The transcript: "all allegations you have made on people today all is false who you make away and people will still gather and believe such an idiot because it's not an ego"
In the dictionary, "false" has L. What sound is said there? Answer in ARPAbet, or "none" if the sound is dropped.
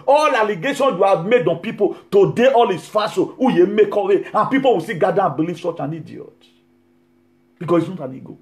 none